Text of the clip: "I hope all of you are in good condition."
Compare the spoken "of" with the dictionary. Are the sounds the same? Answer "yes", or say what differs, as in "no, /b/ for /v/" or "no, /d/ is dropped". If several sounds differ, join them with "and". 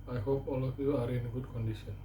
no, /p/ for /v/